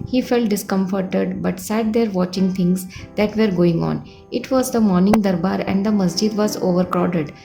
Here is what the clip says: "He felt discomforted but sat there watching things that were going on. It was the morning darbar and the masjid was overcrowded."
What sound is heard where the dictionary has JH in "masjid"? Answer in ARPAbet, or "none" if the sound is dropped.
JH